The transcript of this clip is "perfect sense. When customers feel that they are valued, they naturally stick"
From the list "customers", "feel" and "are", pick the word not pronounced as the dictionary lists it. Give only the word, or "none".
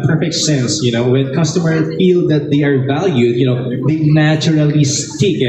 customers